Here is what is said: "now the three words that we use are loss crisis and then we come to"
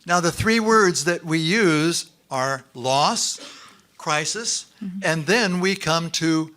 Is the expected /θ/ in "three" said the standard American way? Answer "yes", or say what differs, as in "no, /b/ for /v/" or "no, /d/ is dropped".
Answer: yes